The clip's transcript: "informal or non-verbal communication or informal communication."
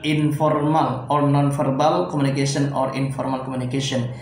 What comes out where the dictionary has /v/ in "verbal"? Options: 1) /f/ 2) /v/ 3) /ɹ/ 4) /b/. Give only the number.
1